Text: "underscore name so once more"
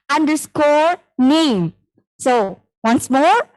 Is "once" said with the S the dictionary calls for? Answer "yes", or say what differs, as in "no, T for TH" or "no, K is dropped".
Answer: yes